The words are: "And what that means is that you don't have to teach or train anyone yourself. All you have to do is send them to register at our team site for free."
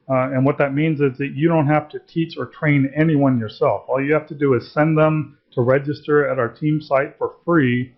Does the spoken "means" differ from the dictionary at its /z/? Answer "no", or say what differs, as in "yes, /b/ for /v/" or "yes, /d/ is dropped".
no